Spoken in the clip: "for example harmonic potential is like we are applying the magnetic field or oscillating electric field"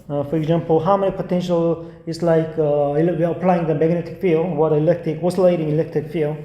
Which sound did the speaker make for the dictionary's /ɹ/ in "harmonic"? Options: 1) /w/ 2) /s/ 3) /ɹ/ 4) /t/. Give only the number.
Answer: 1